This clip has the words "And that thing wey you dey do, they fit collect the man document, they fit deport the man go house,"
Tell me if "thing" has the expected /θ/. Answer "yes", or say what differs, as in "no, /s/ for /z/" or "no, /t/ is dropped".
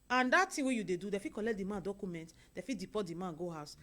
no, /t/ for /θ/